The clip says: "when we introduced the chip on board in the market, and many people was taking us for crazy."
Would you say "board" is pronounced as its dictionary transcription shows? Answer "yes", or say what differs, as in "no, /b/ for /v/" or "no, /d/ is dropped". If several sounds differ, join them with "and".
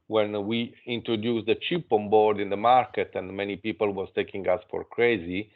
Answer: yes